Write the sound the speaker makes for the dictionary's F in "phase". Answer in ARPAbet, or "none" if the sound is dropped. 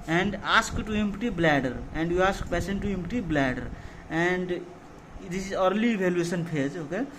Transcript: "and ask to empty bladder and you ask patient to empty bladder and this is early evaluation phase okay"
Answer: P